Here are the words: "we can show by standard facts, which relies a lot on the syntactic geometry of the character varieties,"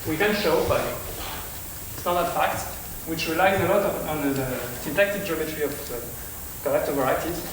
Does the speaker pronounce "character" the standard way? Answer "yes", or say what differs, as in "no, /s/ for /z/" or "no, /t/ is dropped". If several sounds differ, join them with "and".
no, /l/ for /ɹ/